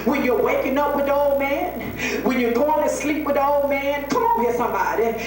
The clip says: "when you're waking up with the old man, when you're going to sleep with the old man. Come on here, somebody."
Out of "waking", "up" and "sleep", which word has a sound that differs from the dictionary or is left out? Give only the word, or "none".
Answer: none